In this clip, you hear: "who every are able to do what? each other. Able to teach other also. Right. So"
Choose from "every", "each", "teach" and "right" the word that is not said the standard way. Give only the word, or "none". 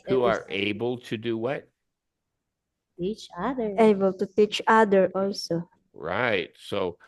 every